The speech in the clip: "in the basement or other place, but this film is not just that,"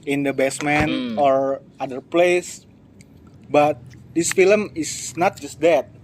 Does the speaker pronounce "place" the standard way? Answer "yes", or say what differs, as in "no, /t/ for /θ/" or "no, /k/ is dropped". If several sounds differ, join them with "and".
yes